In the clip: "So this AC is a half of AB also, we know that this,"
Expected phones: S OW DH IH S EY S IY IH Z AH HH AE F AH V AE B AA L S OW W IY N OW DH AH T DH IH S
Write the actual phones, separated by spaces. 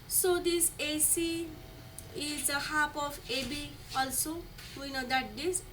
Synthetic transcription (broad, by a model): S OW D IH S EY S IY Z AH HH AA P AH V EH B AA L S OW W IY N OW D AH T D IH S